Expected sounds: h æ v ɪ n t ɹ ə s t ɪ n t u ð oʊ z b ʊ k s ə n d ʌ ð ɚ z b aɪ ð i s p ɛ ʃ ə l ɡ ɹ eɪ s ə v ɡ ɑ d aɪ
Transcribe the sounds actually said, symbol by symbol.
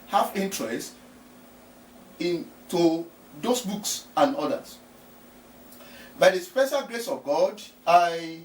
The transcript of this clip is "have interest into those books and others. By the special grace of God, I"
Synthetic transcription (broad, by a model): h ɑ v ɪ n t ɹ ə s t ɪ n t u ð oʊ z b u k s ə n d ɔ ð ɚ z b aɪ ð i s p ɛ ʃ ə l ɡ ɹ eɪ s ə v ɡ ɑ d aɪ